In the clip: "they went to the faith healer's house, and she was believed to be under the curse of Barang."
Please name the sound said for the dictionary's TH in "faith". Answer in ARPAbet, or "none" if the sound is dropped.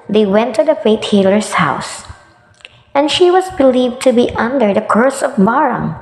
T